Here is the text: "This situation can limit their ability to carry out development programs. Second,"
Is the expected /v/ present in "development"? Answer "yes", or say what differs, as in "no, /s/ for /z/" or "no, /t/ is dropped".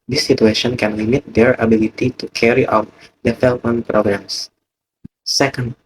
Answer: no, /f/ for /v/